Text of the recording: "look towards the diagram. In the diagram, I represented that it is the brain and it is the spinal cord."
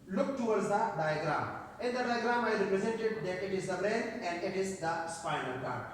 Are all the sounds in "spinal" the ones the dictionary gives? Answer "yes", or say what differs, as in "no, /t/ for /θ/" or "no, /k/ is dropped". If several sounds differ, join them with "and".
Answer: no, /l/ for /n/